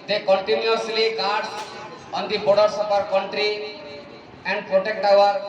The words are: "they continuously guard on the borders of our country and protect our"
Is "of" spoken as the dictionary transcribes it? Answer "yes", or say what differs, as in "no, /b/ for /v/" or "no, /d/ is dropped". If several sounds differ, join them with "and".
no, /p/ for /v/